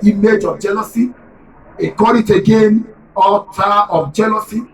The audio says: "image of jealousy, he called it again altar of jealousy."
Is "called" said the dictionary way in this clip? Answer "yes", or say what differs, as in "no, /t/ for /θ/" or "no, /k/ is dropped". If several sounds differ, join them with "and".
no, /l/ is dropped